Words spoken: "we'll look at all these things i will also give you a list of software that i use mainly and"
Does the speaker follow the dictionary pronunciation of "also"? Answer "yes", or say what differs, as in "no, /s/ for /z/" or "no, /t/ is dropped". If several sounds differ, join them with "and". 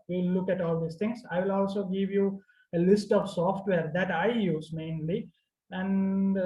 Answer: yes